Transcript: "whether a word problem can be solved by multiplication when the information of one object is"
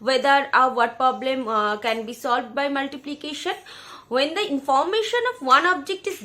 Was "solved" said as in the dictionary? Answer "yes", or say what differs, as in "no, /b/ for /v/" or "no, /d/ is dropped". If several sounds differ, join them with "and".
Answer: yes